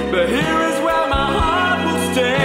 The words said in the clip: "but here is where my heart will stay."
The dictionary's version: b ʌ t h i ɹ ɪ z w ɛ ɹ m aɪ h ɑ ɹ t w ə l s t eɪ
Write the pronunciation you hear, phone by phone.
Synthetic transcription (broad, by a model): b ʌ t h i ɹ ɪ z w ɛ l m aɪ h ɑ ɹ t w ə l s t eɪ